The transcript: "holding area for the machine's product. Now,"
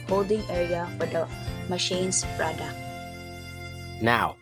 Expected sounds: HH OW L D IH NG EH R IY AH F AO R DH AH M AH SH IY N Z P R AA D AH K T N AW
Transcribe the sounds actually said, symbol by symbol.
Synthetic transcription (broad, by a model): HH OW L D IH NG EH R IY AH F AO R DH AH M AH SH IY N S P R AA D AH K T N AW